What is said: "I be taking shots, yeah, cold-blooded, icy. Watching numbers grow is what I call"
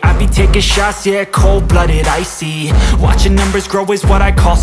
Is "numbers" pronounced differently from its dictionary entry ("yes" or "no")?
no